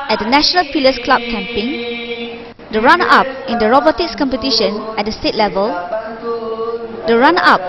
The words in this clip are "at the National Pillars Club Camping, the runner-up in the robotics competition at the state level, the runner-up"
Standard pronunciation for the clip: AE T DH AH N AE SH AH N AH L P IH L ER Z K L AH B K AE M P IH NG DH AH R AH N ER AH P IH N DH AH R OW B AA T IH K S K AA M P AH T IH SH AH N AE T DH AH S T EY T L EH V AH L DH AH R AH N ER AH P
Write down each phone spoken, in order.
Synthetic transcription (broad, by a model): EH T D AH N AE SH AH N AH L F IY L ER S K L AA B K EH M P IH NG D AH R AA N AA P IH N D AH R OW B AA T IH K S K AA M P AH T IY SH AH N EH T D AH S T EY T L EH V AH L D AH R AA N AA P